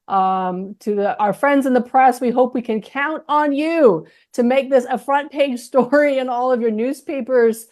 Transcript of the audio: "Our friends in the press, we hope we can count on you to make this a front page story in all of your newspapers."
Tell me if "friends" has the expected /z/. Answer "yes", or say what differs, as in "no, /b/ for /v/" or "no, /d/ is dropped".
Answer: yes